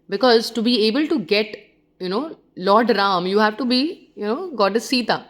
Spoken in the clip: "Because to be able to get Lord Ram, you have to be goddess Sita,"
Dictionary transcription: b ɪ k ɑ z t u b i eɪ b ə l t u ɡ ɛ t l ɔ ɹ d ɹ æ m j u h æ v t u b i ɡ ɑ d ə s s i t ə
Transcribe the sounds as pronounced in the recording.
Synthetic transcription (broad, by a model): b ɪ k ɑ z t u b i eɪ b ə l t u ɡ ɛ t n ɔ l d ɹ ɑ m j u h æ v t u b i ɡ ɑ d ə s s i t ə